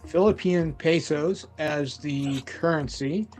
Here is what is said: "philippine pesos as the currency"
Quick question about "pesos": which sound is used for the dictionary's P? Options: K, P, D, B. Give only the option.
P